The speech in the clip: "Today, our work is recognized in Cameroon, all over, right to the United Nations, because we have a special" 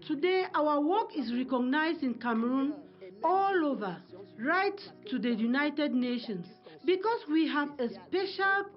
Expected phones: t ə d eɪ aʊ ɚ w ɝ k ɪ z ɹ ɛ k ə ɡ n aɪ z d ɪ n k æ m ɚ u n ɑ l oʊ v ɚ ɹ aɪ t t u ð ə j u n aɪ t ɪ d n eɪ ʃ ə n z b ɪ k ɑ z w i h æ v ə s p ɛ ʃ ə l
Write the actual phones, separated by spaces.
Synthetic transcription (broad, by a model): t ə d eɪ aʊ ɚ w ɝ k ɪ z ɹ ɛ k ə ɡ n aɪ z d ɪ n k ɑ m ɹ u n ɑ l oʊ v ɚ ɹ aɪ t t u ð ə j u n aɪ t ɪ d n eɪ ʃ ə n s b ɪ k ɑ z w i h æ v ə s p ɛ ʃ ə l